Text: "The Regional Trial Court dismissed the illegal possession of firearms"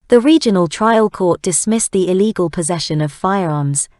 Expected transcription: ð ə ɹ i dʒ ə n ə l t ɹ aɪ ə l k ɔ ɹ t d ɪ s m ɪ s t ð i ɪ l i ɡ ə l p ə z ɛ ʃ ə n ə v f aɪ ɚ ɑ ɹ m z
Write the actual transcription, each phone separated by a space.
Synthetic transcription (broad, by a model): ð ə ɹ i dʒ ə n ə l t ɹ aɪ ə l k ɔ t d ɪ s m ɪ s ð i ɪ l i ɡ ə l p ə z ɛ ʃ ə n ə v f aɪ ɚ ɑ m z